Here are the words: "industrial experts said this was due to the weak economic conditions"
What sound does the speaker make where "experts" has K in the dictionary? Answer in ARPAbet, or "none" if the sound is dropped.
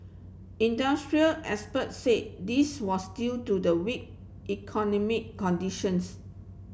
none